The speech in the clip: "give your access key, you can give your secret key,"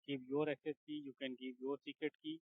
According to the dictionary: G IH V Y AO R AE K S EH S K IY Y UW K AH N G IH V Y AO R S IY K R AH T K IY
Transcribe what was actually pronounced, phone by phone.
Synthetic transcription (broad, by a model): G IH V Y AO R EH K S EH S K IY Y UW K AH N G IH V Y AO R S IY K AH T K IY